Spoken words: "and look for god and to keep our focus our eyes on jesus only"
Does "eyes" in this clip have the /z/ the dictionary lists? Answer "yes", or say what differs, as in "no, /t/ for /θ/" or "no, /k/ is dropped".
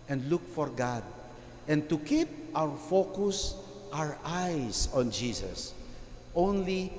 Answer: no, /s/ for /z/